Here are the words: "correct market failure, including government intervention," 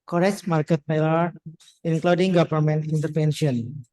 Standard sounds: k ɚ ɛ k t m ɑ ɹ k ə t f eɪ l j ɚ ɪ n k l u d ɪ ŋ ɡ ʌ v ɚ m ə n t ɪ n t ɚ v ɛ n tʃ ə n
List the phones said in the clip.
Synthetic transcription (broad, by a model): k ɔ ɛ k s m ɑ ɹ k ə t p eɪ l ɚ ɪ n k l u d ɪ ŋ ɡ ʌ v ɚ m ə n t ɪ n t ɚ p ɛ n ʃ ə n